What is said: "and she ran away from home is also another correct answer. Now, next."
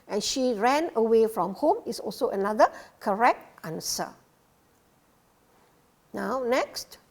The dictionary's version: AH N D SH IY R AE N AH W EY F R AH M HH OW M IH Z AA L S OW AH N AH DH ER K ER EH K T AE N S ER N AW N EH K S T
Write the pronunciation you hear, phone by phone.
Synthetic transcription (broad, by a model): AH N SH IY R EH N AH W EY F R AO M HH OW M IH S AA L S OW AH N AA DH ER K ER EH K T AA N S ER N AW N EH K S T